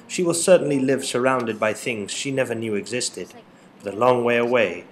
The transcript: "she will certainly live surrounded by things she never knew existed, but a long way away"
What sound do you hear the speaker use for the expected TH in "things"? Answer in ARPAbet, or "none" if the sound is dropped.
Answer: TH